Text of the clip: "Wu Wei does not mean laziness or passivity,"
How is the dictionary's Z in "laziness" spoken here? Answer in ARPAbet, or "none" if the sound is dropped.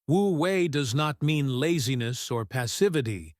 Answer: Z